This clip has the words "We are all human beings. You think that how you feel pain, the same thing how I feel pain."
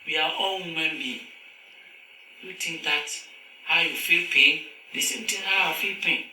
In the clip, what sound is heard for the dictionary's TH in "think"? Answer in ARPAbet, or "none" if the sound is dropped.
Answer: T